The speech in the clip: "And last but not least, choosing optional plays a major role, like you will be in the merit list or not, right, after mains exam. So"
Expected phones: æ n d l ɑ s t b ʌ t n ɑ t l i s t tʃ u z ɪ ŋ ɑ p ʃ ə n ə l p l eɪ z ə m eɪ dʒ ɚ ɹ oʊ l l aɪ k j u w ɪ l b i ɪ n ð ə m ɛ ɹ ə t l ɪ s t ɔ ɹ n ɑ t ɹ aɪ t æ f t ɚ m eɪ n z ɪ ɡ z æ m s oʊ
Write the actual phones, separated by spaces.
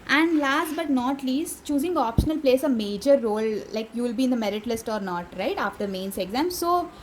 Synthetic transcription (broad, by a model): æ n d l ɑ s t b ʌ t n ɑ t l i s t tʃ u z ɪ ŋ ɑ p ʃ ə n ə l p l eɪ s ə m eɪ dʒ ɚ ɹ oʊ l l aɪ k j u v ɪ l b i ɪ n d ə m ɛ ɹ ə t l ɪ s t ɔ ɹ n ɑ t ɹ aɪ t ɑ f t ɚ m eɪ n s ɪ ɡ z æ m s oʊ